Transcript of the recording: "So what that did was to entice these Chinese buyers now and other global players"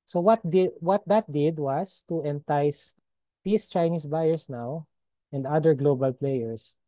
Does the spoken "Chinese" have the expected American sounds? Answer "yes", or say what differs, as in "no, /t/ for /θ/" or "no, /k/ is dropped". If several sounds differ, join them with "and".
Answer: no, /s/ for /z/